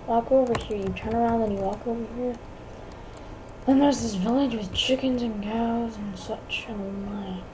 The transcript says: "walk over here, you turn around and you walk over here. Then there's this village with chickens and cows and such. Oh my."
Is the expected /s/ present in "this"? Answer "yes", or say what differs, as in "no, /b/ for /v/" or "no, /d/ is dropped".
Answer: yes